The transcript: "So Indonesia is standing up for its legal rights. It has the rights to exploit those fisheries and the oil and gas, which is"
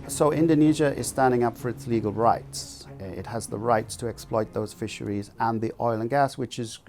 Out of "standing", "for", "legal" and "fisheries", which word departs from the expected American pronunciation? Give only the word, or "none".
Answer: none